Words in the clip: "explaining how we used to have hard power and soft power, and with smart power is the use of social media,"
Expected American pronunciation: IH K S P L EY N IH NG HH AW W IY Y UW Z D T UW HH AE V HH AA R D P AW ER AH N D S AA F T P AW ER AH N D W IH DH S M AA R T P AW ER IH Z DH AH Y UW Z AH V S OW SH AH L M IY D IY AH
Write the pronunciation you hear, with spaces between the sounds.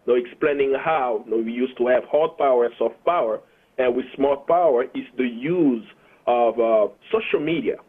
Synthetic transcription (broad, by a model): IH K S P L EY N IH NG HH AW W IY Y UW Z T UW HH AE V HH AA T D P AW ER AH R S AA F T P AW ER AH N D W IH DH S M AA L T P AW ER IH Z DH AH Y UW Z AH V S OW SH AH L M IY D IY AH